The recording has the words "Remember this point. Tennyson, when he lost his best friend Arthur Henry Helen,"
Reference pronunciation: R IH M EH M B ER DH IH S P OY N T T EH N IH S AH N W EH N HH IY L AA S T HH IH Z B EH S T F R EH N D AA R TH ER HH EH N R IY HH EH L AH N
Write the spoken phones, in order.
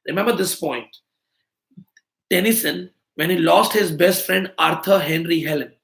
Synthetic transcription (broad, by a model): R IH M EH M B ER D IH S P OY N T T EH N IH S AH N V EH N HH IY L AA S T HH IH Z B EH S T F R EH N D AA R T ER HH EH N R IY HH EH L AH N